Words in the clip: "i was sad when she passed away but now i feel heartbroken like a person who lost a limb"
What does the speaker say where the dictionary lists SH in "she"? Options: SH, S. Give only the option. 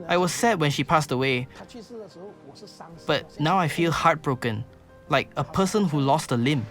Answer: SH